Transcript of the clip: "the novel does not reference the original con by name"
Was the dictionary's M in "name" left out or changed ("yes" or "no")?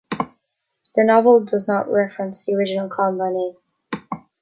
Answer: yes